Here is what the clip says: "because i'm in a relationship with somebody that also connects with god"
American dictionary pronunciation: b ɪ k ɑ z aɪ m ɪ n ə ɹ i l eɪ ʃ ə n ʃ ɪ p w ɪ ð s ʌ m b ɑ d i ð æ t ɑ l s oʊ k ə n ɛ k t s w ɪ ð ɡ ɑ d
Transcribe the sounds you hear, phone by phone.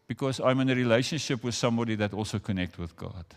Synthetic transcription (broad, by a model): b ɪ k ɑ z aɪ m ɪ n ə ɹ i l eɪ ʃ ə n ʃ ɪ p w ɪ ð s ʌ m b ɑ d i ð æ t ɑ l s oʊ k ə n ɛ k t w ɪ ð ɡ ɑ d